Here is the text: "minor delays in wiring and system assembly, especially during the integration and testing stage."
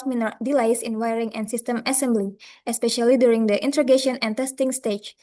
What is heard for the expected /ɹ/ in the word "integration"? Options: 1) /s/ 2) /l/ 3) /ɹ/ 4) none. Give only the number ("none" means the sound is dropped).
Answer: 4